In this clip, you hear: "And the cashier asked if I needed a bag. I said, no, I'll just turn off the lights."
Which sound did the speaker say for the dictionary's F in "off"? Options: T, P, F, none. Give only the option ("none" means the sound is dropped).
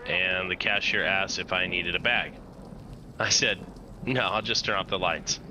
P